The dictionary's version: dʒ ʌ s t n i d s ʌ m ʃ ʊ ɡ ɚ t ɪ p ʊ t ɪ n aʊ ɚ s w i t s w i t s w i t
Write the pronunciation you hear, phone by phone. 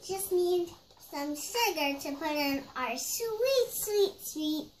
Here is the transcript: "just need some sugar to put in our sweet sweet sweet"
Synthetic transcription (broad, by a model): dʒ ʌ s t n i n s ʌ m s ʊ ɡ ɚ t ɪ p ʊ t ɪ n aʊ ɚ s w i t s w i t s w i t